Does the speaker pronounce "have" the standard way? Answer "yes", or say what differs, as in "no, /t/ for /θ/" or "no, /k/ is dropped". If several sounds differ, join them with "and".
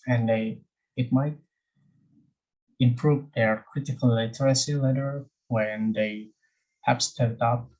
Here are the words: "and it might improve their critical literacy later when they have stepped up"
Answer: no, /p/ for /v/